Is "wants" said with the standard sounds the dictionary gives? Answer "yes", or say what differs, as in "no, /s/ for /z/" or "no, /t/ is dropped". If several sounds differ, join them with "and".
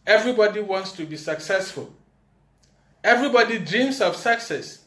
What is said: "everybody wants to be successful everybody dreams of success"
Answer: yes